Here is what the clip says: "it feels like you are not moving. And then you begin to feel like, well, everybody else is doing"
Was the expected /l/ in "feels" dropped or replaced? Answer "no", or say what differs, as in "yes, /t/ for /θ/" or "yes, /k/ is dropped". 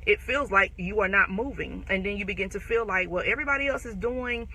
no